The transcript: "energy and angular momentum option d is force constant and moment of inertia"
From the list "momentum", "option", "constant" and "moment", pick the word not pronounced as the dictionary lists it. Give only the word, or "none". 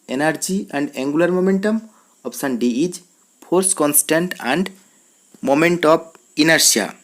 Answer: option